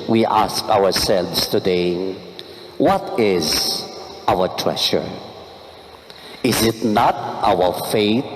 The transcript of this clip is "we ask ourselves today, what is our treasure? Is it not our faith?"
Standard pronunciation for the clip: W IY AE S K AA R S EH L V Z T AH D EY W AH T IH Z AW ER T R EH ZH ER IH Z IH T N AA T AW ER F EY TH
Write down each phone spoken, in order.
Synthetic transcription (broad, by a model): W IY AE S K AA W S EH L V S T AH D EY W AH T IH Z AW ER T R EH SH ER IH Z IH T N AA T AW ER F EY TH